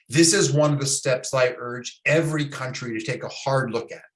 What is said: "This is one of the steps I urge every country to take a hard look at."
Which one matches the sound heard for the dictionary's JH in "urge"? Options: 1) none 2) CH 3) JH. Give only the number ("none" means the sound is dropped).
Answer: 3